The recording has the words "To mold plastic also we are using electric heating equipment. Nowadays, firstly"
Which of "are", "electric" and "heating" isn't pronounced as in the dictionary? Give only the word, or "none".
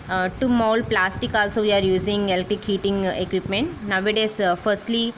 electric